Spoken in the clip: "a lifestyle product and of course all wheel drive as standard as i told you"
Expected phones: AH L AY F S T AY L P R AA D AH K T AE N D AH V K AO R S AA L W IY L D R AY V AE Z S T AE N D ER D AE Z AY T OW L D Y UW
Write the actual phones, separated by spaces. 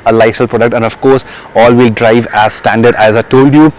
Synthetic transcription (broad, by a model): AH L AY S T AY L P R AA D AH K T AE N D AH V K AO R S AA L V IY L D R AY V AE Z S T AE N D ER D AE Z AY T OW L D Y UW